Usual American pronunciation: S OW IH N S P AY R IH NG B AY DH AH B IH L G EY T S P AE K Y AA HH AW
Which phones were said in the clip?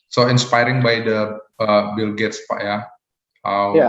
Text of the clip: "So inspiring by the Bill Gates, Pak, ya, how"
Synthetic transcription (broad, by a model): S OW IH N S P AY R IH NG B AY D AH B IH L G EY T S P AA Y AA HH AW